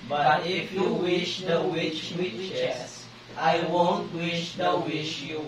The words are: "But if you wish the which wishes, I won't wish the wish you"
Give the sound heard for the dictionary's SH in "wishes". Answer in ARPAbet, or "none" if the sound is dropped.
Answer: none